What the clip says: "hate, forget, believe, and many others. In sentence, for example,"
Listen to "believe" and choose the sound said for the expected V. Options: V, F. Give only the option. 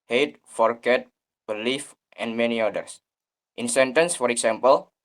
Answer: F